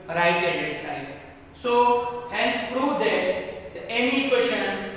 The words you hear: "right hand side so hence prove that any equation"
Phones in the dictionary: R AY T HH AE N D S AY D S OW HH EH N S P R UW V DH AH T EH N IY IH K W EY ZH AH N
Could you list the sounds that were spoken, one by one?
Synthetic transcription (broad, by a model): R AY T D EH D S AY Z S OW HH EH N S P R UW V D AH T EH N IY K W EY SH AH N